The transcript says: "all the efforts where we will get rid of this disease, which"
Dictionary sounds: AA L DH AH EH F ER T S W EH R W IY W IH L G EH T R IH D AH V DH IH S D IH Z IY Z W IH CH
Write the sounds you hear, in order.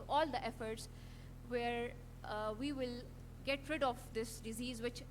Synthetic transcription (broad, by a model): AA L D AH EH F ER T S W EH R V IY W IH L G EH T R IH D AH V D IH S D IH Z IY Z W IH CH